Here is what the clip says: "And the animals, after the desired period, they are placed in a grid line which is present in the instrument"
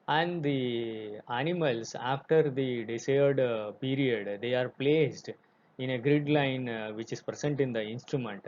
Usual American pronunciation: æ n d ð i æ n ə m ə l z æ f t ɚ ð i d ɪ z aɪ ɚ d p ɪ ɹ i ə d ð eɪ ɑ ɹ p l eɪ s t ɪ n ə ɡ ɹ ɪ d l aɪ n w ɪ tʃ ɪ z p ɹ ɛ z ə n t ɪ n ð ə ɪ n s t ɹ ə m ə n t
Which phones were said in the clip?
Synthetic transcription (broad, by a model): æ n d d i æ n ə m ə l s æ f t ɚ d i d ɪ s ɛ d d p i ɹ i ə d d eɪ ɑ ɹ p l eɪ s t ɪ n ə ɡ ɹ ɪ d l aɪ n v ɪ tʃ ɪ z p ɹ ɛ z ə n t ɪ n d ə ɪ n s t ɹ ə m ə n t